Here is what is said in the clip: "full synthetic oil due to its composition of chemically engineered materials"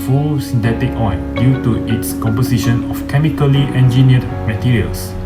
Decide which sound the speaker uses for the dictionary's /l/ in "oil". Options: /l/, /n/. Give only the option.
/n/